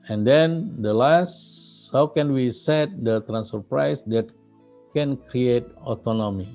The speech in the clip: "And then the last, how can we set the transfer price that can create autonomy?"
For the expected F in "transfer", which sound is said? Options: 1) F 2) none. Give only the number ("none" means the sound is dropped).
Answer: 2